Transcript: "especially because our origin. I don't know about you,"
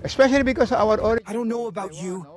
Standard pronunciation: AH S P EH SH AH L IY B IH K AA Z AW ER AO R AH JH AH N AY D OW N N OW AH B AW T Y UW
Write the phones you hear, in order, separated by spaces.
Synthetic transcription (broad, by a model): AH S P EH SH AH L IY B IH K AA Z AW ER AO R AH AH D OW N N OW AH B AW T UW